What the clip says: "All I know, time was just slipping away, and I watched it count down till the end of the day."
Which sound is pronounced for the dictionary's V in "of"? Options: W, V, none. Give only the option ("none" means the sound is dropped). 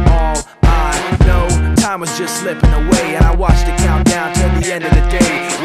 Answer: V